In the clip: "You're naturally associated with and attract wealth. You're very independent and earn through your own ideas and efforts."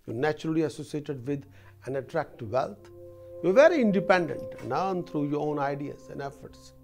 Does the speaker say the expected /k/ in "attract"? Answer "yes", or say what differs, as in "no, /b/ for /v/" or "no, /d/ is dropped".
yes